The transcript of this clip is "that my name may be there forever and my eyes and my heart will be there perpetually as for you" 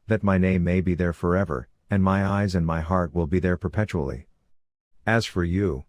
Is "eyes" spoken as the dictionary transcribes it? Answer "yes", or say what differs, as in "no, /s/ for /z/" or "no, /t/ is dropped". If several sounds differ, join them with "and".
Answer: yes